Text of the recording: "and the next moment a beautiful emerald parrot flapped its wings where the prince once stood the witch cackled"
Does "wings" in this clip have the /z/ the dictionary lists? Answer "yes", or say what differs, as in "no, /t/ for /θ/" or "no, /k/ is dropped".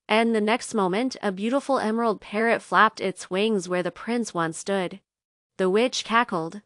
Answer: yes